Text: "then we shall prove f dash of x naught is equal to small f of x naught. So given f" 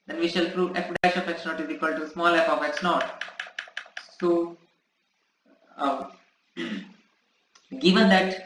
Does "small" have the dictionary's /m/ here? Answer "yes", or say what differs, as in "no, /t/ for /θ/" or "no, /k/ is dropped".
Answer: yes